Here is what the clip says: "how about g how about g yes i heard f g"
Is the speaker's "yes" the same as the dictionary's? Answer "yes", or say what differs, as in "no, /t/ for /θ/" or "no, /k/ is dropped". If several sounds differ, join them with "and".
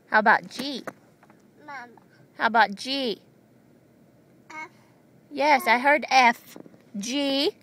yes